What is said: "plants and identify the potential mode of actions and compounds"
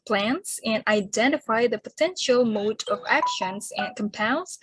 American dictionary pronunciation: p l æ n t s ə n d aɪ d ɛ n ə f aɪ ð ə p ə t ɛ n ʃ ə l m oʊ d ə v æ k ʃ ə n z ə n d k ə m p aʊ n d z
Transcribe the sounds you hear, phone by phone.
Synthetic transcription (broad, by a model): p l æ n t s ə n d aɪ d ɛ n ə f aɪ ð ə p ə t ɛ n ʃ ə l m oʊ d ə v æ k ʃ ə n z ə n k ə m p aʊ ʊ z